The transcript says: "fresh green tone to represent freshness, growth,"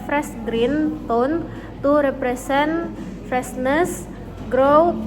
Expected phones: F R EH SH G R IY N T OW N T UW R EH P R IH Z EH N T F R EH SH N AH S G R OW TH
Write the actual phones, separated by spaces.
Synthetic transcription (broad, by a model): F R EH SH G R IY N T OW N T UW R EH P R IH S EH N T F R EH S N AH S G R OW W